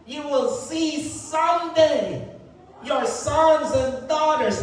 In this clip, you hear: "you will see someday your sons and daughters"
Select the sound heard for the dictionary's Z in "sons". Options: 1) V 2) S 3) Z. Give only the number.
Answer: 3